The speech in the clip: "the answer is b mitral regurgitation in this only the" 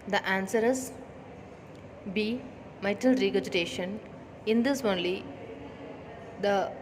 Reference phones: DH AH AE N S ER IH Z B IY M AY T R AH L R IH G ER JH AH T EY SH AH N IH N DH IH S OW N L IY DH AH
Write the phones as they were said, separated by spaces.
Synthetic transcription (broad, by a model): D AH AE N S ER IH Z B IY M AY T AH L R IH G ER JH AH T EY SH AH N IH N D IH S OW N L IY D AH